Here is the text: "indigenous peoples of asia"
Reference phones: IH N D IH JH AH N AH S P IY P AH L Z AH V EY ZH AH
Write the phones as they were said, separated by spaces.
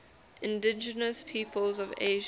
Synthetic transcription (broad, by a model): IH N D IH JH AH N AH S P IY P AH L Z AH V EY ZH